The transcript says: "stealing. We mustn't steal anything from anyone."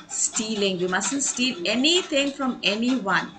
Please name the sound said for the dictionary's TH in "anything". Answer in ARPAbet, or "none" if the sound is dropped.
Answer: T